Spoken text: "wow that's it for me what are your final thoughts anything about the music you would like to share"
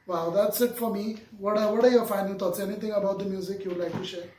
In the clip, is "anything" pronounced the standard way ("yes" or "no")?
no